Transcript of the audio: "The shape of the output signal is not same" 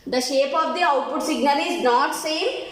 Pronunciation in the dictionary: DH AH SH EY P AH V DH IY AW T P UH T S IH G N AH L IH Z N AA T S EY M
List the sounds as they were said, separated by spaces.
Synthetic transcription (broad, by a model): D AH SH EY P AH V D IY AW T P UH T S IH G AH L IH Z N AA T S EY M